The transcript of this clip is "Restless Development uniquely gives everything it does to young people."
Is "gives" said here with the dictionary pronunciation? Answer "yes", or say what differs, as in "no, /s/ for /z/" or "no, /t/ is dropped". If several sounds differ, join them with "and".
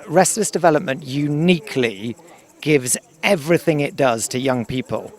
yes